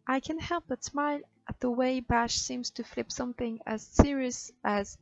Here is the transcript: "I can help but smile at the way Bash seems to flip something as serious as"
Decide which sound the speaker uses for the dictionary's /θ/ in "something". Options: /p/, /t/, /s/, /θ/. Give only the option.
/θ/